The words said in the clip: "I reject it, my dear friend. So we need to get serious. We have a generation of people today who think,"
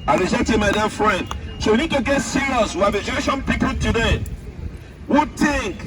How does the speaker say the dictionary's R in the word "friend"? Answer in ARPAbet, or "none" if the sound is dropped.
R